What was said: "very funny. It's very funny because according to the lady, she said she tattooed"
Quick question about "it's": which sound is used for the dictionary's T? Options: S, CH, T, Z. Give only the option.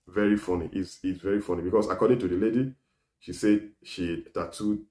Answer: S